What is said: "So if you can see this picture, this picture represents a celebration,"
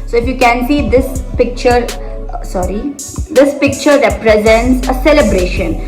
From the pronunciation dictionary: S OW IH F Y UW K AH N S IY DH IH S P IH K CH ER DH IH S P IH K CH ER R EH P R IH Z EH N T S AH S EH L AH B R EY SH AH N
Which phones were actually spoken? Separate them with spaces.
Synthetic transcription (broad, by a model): S OW IH F Y UW K AH N S IY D IH S P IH K CH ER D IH S P IH K CH ER R EH P R IH Z EH N T S AH S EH L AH B R EY SH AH N